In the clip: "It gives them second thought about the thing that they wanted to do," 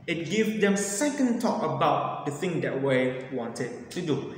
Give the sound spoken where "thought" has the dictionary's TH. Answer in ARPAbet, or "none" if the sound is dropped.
T